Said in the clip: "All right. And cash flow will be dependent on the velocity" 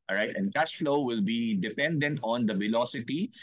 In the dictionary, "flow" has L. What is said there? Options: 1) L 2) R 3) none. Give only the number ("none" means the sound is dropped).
1